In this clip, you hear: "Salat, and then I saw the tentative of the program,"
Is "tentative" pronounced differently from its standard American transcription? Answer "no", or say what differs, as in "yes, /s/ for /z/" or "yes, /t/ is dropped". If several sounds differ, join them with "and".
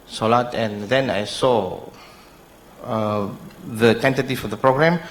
yes, /f/ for /v/